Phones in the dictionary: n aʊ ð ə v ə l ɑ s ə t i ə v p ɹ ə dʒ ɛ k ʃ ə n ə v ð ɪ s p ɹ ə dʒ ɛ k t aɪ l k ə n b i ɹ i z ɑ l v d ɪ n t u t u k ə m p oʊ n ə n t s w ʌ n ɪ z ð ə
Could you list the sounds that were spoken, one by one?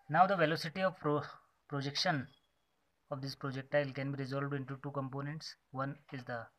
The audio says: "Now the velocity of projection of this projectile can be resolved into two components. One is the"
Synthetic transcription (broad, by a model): n aʊ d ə v ə l ɑ s ə t i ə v p ɹ ə dʒ ɛ k ʃ ə n ə v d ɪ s p ɹ ə dʒ ɛ k t aɪ l k ə n b i ɹ i z ɑ l v d ɪ n t u t u k ə m p oʊ n ə n t s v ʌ n ɪ z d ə